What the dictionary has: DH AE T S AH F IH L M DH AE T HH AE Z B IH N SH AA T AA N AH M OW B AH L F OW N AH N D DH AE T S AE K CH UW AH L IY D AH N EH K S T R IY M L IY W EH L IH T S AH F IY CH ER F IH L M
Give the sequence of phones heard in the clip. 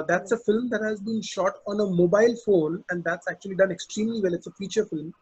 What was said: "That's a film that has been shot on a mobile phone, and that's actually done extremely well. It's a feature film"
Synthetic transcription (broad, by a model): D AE T S AH F IH L M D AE T HH AE Z B IH N SH AA T AA N AH M OW B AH L F OW N AH N D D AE T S AE K CH UW AH L IY D AH N EH K S T R IY M L IY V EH L IH T S AH F IY CH ER F IH L M